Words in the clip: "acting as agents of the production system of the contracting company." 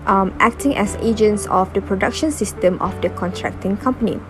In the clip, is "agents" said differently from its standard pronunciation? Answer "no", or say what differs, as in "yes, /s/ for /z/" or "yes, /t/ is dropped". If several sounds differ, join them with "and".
no